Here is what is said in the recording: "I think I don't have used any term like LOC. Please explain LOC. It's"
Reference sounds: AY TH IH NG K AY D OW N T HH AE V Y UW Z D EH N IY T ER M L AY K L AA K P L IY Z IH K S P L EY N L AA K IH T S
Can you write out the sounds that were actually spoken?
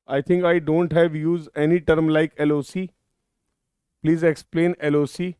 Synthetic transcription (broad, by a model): AY T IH NG K AY D OW N T HH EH V Y UW Z D EH N IY T ER M L AY K L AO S P L IY Z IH K S P L EY N L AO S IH